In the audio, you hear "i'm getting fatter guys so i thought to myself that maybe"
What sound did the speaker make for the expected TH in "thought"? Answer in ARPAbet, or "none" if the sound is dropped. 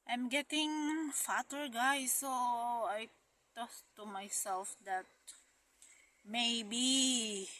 T